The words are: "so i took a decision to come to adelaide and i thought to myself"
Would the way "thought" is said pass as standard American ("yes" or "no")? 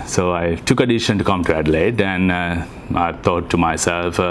no